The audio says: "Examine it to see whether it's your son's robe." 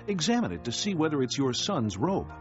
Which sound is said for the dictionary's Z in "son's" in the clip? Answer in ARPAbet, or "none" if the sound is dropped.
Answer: Z